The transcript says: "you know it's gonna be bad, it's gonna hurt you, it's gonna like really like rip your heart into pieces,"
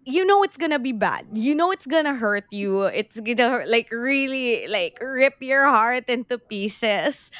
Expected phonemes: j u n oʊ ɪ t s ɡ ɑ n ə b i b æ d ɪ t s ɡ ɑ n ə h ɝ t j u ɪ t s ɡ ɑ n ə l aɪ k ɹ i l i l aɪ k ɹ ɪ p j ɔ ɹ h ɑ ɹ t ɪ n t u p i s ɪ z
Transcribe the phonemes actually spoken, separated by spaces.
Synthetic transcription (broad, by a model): j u n oʊ ɪ t s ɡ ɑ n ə b i b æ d ɪ t s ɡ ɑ n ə h ɝ t j u ɪ t s ɡ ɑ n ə l aɪ k ɹ i l i l aɪ k ɹ ɪ p j ɔ ɹ h ɑ ɹ t ɪ n t u p i s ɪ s